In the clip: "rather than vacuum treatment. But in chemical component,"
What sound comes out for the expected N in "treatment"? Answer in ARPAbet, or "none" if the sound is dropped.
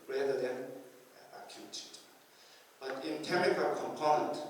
none